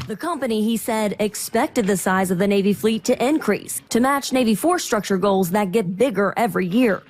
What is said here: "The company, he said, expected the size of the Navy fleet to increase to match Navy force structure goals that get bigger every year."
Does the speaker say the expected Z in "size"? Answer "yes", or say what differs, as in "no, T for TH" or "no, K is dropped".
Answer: yes